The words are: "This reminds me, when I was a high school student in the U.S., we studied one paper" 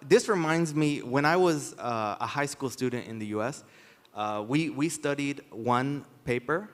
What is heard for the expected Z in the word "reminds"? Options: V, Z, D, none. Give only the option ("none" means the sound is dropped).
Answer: Z